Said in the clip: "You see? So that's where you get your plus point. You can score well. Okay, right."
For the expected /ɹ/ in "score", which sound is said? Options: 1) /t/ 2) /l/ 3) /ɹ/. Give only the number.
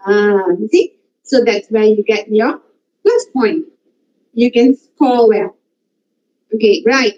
2